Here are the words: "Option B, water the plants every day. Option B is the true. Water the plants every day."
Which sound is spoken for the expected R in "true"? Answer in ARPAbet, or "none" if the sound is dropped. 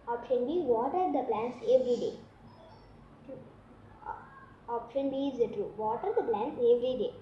R